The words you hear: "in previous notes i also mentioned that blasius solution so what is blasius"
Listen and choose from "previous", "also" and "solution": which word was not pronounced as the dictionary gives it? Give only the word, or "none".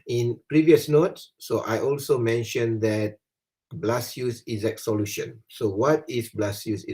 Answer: none